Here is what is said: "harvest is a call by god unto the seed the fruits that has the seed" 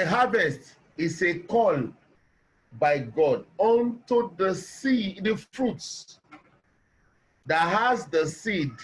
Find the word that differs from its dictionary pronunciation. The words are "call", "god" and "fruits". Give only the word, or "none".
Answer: none